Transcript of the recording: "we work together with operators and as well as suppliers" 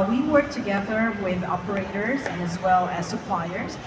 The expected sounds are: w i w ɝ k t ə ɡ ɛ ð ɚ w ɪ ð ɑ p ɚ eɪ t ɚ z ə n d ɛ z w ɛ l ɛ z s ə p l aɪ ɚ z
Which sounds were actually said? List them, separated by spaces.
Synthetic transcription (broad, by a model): w i w ɝ k t ə ɡ ɛ ð ɚ w ɪ ð ɑ p ɚ eɪ t ɚ z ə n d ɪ z w ɛ l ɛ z s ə p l aɪ ɚ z